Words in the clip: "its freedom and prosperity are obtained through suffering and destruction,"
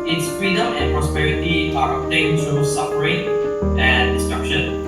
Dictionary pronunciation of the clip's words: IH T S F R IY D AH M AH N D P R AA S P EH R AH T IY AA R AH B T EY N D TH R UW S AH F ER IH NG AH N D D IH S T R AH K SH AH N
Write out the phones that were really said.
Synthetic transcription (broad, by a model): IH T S F R IY D AH M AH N P R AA S P EH R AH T IY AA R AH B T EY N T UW S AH P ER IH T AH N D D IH S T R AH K SH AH N